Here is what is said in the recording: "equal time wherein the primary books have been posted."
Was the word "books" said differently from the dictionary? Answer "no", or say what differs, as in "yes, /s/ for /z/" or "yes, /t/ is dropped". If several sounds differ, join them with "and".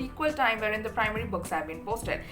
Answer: no